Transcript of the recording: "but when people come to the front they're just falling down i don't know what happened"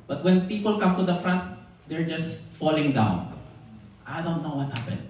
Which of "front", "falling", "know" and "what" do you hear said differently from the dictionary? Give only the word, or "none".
none